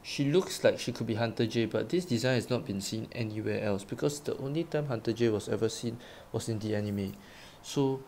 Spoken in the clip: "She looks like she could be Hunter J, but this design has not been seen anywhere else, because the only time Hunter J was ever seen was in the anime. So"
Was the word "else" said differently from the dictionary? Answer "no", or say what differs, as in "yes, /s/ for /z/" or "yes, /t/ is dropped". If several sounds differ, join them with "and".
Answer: no